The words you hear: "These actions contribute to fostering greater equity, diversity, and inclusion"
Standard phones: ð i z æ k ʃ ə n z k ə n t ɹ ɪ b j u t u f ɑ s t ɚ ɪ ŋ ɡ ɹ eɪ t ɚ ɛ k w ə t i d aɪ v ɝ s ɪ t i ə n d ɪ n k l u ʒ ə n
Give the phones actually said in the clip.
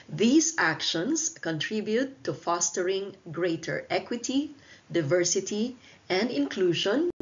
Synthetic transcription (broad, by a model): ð i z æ k ʃ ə n s k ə n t ɹ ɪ b j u t u f ɑ s t ɚ ɪ ŋ ɡ ɹ eɪ t ɚ ɛ k w ə t i d aɪ v ɝ s ɪ t i ə n d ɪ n k l u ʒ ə n